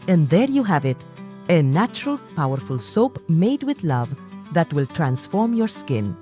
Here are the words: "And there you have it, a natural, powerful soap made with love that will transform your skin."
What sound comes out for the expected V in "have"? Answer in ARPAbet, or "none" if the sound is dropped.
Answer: V